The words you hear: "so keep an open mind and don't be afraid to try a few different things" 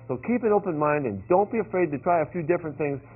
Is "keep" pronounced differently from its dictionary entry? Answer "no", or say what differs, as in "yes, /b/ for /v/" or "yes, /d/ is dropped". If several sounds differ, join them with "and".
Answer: no